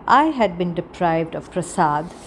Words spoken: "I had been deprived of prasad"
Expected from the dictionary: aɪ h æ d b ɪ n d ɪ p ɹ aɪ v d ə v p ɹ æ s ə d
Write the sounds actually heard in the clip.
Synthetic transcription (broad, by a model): aɪ h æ d b ɪ n d ɪ p ɹ aɪ v d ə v p ɹ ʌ s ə d